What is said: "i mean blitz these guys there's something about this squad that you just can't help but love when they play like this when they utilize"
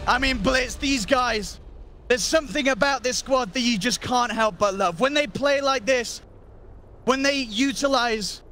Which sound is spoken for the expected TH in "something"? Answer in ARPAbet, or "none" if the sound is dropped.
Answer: TH